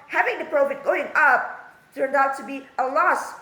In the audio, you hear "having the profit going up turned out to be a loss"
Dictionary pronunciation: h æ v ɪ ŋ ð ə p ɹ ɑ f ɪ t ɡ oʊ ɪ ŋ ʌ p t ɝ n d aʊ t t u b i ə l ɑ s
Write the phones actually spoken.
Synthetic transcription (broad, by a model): h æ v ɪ ŋ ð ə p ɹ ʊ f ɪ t ɡ oʊ ɪ ŋ ʌ p t ɝ n d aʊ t t u b i ə l ɑ s